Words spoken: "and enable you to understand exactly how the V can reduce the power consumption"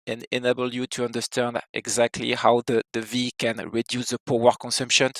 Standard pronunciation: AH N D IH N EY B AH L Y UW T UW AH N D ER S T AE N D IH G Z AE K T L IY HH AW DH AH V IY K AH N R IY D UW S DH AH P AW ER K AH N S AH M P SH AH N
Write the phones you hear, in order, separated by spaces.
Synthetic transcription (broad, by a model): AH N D IH N EY B AH L Y UW T UW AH N D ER S T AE N D IH G Z AE K T L IY HH AW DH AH V IY K AH N R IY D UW S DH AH P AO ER K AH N S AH M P SH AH N